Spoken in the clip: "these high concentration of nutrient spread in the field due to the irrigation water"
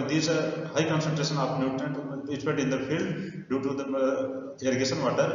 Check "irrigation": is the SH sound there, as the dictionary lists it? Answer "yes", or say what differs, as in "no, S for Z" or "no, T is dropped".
no, S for SH